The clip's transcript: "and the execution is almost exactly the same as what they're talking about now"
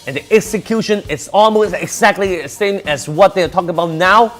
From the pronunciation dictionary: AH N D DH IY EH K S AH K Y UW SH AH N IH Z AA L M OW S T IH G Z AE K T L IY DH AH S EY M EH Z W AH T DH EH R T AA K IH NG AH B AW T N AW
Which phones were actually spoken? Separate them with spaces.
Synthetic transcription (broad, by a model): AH N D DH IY EH K S AH K Y UW SH AH N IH S AA L M OW S T IH G Z AE K T L IY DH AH S EY M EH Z W AH T DH EH R T AA K IH NG AH B AW T N AW